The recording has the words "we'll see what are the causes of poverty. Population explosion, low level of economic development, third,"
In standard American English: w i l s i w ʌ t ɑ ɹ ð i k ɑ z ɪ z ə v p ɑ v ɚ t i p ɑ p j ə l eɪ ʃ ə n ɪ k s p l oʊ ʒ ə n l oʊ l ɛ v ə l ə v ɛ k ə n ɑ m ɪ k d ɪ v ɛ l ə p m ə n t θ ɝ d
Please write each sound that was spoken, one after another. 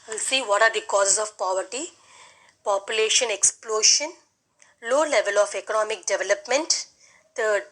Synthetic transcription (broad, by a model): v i l s i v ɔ t ɑ ɹ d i k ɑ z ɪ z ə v p ɑ v ɚ t i p ɑ p j ə l eɪ ʃ ə n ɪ k s p l oʊ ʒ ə n l oʊ l ɛ v ə l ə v ɛ k ə n ɑ m ɪ k d ɪ v ɛ l ə p m ə n t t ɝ d